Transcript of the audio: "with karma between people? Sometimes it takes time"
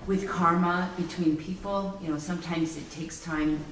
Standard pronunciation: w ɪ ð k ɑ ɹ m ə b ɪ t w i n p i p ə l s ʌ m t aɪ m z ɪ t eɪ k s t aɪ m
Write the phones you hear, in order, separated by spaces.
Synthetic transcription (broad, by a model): w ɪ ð k ɑ ɹ m ə b ɪ t w i n p i p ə n s ʌ m t aɪ m z ɪ t eɪ k s t aɪ m